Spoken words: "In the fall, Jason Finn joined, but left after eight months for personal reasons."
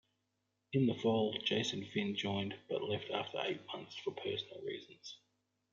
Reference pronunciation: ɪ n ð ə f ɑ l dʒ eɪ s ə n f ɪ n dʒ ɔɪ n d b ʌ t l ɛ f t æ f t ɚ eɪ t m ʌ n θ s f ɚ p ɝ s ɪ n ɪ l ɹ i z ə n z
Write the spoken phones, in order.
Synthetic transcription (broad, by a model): ɪ n ð ə f ɑ l dʒ eɪ s ə n f ɪ n dʒ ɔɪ n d b ʌ t l ɛ f t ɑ f t ɚ eɪ t m ʌ n θ s f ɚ p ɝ s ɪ n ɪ l ɹ i z ə n z